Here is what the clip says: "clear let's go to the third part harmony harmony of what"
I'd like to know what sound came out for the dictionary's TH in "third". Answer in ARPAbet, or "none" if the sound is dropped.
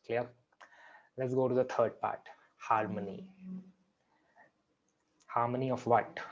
T